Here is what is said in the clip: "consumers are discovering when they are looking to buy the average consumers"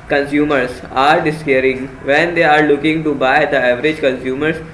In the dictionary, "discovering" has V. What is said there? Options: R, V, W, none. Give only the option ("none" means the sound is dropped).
none